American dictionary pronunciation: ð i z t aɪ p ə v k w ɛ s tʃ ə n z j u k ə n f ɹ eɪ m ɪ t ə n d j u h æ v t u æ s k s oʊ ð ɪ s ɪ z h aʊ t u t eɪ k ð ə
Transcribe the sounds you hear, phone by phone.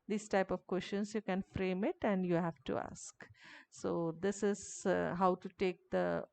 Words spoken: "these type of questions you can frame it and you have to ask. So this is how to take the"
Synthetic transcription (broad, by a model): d i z t aɪ p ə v k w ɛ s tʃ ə n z j u k ə n f ɹ eɪ m ɪ t ə n d j u h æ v t u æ s k s oʊ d ɪ s ɪ z h aʊ t u t eɪ k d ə